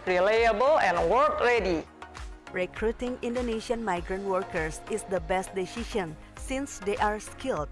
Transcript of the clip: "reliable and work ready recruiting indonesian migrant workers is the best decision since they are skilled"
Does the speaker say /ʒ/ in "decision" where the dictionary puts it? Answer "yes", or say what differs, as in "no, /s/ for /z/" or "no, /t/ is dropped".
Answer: no, /ʃ/ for /ʒ/